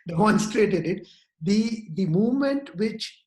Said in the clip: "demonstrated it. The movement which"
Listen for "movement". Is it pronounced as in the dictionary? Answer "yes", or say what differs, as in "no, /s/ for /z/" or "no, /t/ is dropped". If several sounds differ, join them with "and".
yes